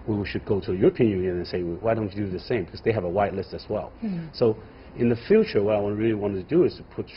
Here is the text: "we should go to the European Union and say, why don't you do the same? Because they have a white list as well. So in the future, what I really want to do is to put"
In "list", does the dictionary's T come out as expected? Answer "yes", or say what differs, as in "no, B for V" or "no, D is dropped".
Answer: yes